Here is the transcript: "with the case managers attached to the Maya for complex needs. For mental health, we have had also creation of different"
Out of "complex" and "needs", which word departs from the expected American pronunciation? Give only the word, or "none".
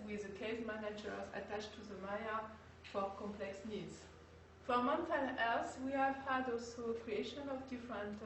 none